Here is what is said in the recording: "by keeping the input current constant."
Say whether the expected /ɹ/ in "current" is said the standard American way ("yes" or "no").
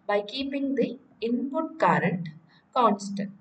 yes